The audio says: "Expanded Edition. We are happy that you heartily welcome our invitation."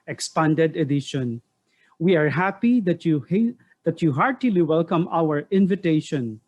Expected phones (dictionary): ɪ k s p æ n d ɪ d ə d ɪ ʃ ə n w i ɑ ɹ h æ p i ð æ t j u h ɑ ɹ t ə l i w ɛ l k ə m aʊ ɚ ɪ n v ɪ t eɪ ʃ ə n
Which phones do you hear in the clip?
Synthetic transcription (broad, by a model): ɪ k s p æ n d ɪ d ə d ɪ ʃ ə n w i ɑ ɹ h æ p i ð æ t j u h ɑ ɹ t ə l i w ɛ l k ə m aʊ ɚ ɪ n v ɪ t eɪ ʃ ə n